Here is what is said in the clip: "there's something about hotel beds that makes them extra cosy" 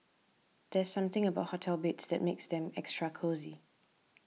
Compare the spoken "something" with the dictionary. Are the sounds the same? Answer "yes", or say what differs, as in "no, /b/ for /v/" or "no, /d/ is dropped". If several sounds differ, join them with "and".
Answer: yes